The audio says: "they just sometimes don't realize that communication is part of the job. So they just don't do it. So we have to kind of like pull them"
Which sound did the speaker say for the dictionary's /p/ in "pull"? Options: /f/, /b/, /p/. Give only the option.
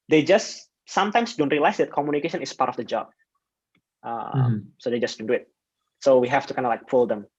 /f/